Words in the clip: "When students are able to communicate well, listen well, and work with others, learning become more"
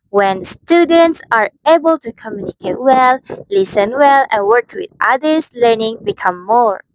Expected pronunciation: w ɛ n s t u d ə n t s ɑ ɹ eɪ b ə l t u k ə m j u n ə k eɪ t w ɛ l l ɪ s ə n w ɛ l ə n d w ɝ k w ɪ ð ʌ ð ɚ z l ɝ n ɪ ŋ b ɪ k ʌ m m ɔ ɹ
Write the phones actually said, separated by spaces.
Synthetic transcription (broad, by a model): w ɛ n s t u d ə n t s ɑ ɹ eɪ b ə l t u k ə m j u n ə k eɪ t w ɛ l l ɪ s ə n w ɛ l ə n w ɝ k w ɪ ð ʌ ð ɚ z l ɝ n ɪ ŋ b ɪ k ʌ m m ɔ ɹ